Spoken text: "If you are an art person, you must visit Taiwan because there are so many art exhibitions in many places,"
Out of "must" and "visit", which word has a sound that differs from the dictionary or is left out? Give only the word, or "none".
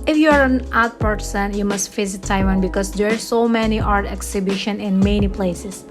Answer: visit